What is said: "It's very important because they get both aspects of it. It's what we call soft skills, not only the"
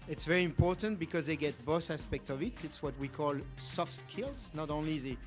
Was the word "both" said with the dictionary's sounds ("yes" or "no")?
no